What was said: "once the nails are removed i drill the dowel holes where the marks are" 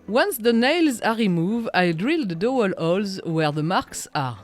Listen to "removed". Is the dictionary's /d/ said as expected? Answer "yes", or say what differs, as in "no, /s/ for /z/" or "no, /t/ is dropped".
no, /d/ is dropped